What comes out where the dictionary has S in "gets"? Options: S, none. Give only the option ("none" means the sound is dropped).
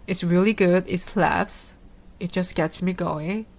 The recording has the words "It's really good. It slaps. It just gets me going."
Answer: S